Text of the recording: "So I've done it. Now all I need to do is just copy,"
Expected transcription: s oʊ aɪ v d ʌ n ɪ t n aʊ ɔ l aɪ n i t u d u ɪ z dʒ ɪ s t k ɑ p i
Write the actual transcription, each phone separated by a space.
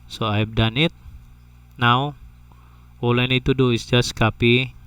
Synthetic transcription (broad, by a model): s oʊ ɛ p d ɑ n ɪ t n aʊ ɔ l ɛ n i t u d u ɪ s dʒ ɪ s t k ɑ p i